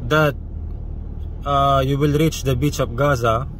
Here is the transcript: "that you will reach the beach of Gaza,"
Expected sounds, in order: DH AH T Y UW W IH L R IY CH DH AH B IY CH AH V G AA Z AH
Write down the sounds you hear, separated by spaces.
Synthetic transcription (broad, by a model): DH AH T Y UW W IH L R IY CH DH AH B IY CH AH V G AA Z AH